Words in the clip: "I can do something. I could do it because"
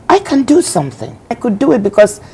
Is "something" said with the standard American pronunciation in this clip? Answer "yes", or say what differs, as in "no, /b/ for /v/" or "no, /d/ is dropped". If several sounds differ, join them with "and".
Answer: yes